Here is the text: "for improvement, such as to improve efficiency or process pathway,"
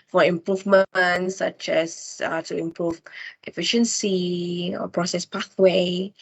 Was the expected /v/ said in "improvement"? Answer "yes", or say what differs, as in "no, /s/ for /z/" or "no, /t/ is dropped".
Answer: yes